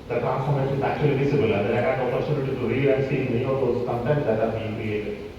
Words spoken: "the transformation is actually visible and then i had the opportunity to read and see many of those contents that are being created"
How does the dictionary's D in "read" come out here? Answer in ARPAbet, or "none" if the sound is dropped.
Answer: none